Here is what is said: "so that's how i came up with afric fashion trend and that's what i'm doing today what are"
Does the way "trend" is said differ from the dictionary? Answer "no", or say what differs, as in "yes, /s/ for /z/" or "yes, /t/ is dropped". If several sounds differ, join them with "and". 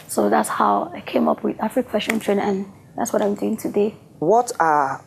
yes, /d/ is dropped